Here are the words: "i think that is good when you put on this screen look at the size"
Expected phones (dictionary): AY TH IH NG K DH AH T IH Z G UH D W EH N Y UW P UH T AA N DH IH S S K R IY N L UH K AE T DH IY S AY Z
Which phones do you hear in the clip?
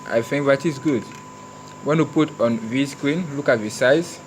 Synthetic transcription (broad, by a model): AY F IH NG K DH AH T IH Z G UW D W EH N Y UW P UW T AA N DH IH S S K R IY N L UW K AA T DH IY S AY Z